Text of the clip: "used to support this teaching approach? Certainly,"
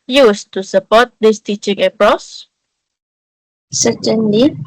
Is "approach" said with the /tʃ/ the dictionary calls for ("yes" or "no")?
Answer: no